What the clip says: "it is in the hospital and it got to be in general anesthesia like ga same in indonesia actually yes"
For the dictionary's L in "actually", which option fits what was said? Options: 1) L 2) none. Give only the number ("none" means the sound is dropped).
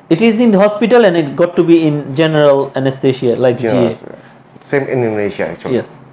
2